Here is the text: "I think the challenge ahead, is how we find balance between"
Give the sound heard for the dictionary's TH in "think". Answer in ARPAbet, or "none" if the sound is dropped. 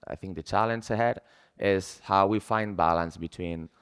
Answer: TH